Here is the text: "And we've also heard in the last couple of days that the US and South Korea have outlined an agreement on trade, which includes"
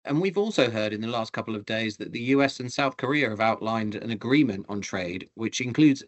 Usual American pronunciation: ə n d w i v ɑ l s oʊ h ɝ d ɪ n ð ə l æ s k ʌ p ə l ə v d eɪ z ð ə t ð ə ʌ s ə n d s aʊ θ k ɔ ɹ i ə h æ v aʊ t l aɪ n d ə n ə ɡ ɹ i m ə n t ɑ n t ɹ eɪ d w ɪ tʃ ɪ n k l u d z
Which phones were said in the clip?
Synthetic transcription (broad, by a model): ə n w i v ɑ l s oʊ h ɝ d ɪ n ð ə l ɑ s k ʌ p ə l ə v d eɪ z ð ə t ð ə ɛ s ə n s aʊ θ k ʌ ɹ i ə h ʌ v aʊ t l aɪ n d ə n ə ɡ ɹ i m ə n t n t ɹ eɪ d w ɪ tʃ ɪ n k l u d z